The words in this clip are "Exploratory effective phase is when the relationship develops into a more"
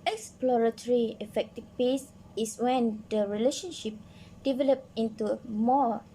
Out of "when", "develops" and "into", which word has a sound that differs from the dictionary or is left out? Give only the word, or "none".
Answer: develops